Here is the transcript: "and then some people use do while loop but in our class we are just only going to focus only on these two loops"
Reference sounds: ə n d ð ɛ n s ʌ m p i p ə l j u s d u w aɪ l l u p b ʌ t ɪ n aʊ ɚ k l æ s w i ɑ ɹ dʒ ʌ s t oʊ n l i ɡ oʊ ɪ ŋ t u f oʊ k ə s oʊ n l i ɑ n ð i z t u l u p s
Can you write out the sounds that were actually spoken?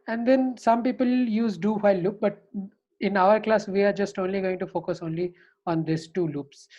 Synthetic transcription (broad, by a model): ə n d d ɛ n s ʌ m p i p ə l j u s d u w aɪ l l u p b ʌ t ɪ n aʊ ɚ k l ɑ s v i ɑ ɹ dʒ ʌ s t oʊ n l i ɡ oʊ ɪ ŋ t u f oʊ k ə s oʊ n l i ɑ n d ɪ s t u l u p s